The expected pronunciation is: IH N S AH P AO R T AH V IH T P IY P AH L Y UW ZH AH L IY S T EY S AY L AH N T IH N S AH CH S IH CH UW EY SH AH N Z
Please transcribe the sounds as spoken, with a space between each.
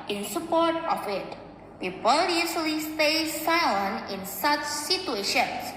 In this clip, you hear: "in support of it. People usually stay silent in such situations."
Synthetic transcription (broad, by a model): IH N S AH P AO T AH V IH T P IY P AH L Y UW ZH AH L IY S T EY S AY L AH N IH N S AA CH S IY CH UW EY SH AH N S